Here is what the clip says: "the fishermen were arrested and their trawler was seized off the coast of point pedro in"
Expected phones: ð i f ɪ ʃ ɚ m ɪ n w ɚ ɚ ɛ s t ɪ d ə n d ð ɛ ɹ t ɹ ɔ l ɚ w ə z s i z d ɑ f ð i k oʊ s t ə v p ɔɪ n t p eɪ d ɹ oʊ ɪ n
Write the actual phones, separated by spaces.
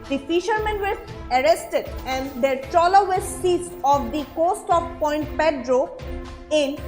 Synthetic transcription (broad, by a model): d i f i ʃ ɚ m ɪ n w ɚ ɚ ɛ s t ɪ d ə n d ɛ ɹ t ɔ l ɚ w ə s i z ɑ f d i k oʊ s t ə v p ɔɪ n t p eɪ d ɹ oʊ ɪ n